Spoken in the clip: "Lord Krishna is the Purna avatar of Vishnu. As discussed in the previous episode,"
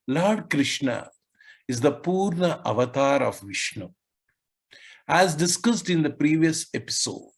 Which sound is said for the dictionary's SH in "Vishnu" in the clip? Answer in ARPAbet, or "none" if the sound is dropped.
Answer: SH